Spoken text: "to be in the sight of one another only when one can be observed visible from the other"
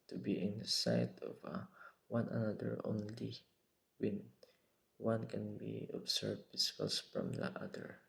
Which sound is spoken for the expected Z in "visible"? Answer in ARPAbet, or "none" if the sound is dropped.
S